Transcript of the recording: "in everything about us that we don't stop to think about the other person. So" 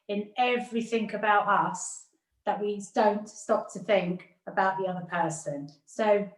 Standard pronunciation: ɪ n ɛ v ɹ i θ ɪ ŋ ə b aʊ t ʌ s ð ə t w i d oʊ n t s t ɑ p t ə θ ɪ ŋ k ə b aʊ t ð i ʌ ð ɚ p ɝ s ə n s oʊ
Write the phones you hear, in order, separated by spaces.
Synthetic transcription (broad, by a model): ɪ n ɛ v ɹ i θ ɪ ŋ ə b aʊ t ʌ s ð ə t w i d oʊ n t s t ɑ p t ə θ ɪ ŋ k ə b aʊ t ð i ʌ ð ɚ p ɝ s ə n s oʊ